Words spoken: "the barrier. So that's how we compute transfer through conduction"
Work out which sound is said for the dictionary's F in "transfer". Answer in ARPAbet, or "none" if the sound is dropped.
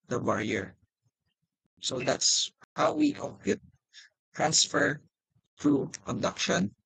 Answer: F